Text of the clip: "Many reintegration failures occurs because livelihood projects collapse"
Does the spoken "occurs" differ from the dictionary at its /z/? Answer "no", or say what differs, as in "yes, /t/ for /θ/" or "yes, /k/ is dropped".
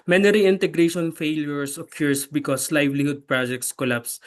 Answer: yes, /s/ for /z/